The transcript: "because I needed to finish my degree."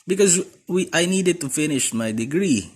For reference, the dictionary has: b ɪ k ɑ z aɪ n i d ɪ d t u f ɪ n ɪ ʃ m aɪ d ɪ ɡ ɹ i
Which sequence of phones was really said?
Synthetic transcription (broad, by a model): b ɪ k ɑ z aɪ n i d ɪ d t u f ɪ n ɪ ʃ m aɪ d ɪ ɡ ɹ i